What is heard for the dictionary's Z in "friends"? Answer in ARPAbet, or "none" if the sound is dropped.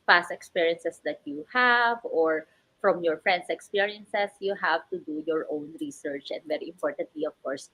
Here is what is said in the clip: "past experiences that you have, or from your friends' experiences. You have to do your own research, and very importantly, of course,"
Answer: S